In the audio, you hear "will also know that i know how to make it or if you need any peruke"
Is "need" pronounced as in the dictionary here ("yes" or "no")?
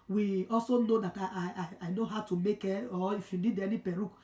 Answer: no